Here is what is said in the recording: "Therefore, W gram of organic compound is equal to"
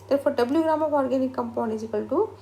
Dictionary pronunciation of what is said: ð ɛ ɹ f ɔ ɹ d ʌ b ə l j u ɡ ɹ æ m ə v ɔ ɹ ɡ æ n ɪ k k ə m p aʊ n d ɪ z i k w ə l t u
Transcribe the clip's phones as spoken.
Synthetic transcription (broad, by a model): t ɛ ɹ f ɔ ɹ d ʌ b ə l j u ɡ ɹ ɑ m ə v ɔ ɹ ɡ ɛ n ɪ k k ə m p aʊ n ɪ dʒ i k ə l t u